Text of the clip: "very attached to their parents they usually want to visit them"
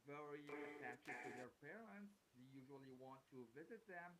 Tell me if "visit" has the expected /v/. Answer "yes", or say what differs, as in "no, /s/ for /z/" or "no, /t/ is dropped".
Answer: yes